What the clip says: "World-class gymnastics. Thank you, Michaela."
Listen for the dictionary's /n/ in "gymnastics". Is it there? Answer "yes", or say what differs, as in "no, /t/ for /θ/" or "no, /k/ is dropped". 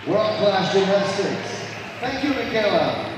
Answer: no, /n/ is dropped